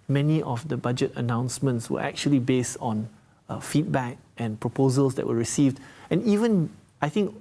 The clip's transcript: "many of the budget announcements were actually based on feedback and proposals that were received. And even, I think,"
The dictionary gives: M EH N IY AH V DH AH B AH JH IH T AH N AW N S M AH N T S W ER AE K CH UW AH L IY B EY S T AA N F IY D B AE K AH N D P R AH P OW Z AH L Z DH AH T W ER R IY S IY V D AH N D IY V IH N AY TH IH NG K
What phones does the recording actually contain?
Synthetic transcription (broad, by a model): M EH N IY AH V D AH B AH JH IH T AH N AW N S M AH N T S W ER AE K CH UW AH L IY B EY S T AA N F IY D B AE K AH N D P R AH P OW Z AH L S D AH T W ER R IY S IY V D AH N IY V IH N AY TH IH NG K